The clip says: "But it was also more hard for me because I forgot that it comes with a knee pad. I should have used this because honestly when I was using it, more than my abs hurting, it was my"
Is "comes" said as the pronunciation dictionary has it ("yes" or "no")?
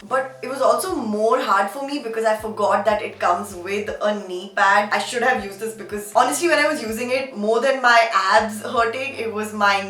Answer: yes